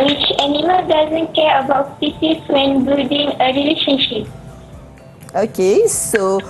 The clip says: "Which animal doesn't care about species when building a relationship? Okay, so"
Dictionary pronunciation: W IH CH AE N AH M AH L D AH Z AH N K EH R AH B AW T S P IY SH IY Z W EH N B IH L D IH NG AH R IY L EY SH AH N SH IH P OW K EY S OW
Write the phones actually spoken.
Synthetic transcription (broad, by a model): W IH CH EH N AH M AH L D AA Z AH N K EH R AH B AW T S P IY S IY S W EH N B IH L D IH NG AH R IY L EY SH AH N SH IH P OW K EY S OW